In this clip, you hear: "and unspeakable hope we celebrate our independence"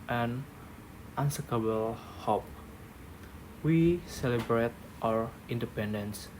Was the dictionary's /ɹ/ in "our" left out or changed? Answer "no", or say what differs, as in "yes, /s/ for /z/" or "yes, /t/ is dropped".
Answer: no